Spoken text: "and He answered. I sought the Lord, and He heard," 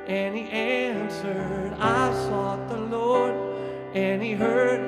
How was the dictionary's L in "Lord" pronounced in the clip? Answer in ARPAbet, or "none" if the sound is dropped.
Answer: L